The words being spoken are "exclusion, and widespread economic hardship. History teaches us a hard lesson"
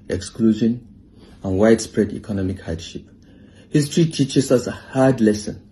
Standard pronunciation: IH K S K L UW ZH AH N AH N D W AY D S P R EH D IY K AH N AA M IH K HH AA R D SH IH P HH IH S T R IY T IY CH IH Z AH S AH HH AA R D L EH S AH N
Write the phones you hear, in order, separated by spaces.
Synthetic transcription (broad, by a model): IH K S K L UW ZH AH N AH N W AY D S P R EH D IY K AH N AA M IH K HH AA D SH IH P HH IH S T R IY T IY CH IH S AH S AH HH AA D L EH S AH N